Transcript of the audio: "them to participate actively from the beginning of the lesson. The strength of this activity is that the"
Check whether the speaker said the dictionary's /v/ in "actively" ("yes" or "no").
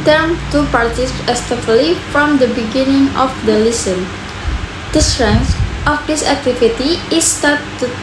no